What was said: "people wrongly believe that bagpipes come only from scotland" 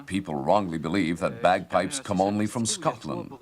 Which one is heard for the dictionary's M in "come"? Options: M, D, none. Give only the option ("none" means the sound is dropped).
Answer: M